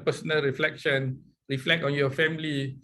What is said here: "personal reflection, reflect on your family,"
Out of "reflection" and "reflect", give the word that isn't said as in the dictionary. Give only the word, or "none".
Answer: none